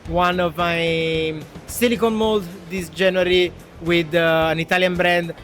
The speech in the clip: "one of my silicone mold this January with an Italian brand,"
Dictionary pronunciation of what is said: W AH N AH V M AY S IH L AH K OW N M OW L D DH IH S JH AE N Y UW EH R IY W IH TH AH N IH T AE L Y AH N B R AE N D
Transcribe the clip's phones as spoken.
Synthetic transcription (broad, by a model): W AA N AH V M AY S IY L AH K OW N M OW L D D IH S JH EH N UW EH R IY W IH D AH N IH T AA L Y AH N B R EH N D